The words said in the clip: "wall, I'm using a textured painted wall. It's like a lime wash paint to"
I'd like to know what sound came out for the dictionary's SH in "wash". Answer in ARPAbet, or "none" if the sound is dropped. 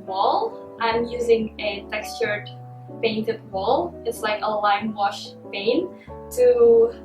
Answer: SH